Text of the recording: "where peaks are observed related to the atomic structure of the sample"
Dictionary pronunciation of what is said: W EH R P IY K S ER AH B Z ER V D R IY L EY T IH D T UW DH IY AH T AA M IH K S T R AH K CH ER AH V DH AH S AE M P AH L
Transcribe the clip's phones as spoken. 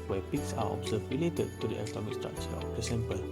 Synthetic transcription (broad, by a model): W EH P IY K S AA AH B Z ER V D R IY L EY T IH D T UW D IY AH T AA M IH K S T R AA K CH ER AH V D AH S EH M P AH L